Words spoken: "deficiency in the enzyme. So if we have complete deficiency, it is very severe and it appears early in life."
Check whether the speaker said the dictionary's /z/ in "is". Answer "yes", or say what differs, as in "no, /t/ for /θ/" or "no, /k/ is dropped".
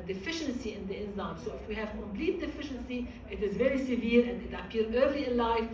yes